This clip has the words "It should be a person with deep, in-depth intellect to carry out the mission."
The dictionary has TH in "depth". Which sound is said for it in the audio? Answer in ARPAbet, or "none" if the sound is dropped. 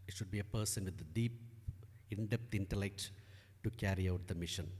T